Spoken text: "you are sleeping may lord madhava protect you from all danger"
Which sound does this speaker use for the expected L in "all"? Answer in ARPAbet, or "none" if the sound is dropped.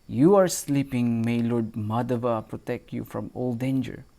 L